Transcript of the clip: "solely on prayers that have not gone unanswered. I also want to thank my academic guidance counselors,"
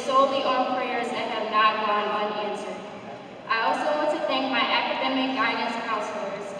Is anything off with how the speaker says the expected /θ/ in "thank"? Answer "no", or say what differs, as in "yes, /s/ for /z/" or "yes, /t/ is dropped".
no